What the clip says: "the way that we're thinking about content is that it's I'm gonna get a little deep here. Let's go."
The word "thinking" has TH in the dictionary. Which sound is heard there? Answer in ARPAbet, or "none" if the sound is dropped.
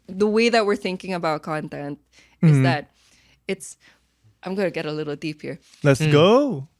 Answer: TH